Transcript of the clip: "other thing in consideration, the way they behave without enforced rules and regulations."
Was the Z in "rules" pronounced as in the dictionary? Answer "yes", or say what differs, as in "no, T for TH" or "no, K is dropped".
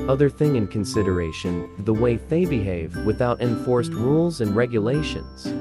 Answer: yes